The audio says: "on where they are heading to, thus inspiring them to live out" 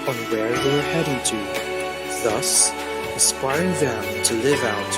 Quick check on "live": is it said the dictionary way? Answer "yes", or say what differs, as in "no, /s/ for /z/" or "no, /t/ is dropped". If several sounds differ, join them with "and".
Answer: yes